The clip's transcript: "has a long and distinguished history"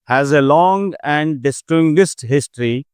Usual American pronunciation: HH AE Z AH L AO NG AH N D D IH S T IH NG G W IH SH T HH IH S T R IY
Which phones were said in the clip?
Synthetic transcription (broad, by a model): HH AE Z AH L AO NG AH N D D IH S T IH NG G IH S T HH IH S T R IY